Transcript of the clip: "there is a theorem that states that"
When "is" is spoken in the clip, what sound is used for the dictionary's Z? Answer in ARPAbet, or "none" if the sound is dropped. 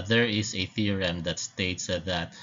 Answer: S